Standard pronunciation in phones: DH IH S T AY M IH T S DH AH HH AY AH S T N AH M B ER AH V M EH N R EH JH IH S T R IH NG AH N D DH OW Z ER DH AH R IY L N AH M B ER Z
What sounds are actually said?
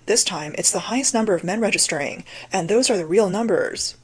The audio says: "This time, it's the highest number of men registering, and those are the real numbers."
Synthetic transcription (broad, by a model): DH IH S T AY M IH T S DH AH HH AY AH S T N AH M B ER AH V M EH N R EH JH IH S T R IH NG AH N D DH OW Z ER DH AH R IY L N AH M B ER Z